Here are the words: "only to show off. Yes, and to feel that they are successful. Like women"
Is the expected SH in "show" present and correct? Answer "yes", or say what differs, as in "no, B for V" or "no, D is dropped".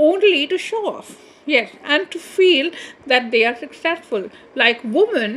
yes